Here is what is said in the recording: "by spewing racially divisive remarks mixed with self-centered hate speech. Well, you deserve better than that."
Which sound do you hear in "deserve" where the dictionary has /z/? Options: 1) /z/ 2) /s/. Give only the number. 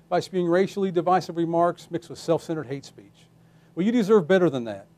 1